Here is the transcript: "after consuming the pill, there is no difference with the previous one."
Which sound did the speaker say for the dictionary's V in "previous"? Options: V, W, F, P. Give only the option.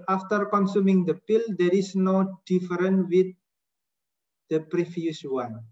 F